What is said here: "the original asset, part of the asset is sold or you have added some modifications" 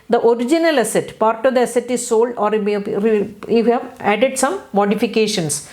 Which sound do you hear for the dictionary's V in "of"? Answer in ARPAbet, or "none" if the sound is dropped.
V